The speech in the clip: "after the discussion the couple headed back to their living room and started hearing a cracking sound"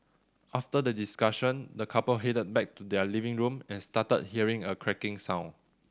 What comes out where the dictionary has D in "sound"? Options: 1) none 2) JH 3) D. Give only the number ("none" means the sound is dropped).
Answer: 1